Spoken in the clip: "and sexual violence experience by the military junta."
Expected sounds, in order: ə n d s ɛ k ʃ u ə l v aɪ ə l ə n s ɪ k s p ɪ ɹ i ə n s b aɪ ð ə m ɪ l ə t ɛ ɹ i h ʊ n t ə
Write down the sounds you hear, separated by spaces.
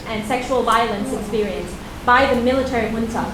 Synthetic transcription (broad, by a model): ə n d s ɛ k ʃ u ə l v aɪ ə l ə n s ɪ k s p ɪ ɹ i ə n s b aɪ ð ə m ɪ l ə t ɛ ɹ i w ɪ n t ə